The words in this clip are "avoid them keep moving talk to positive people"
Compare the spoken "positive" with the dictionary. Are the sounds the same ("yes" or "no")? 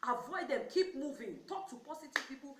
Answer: no